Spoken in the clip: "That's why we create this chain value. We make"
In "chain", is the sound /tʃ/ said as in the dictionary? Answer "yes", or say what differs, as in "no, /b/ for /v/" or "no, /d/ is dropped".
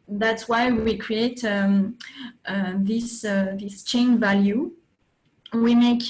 yes